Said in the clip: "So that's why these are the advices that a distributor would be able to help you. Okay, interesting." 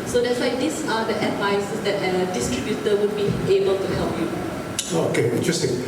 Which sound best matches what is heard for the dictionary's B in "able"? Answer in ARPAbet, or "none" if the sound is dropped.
B